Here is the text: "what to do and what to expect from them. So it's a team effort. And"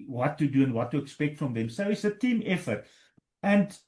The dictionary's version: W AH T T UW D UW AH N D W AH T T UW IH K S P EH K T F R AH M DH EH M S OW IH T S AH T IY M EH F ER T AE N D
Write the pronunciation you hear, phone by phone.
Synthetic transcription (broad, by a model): W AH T T UW D UW AH N D W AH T T UW IH K S P EH K T F R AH M DH EH M S OW IH T S AH T IY M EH F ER T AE N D